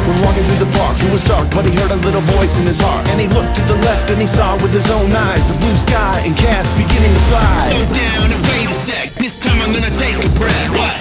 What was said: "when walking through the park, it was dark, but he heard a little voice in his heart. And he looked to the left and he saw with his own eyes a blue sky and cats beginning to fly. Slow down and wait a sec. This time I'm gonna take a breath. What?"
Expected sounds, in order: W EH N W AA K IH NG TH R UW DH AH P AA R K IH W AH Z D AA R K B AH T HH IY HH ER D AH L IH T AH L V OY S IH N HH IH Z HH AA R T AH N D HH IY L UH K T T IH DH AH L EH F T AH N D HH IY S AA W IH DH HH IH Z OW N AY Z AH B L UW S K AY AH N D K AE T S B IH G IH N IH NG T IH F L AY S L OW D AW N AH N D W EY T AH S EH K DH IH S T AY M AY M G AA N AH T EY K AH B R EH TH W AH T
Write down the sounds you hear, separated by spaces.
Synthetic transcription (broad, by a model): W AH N W AA K IH NG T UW DH AH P AA R K IH W AH Z D AA R K B AH T HH IY HH ER D AH L IH T L V OY S IH N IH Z HH AA R T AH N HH IY L UH K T T IH DH AH L EH F T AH N IY S AA W IH DH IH Z OW N AY Z AH B L UW S K AY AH N K AE T S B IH G IH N IH NG T IH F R AY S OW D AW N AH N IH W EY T AH S EH K DH IH S T AY M AY M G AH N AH T EY K AH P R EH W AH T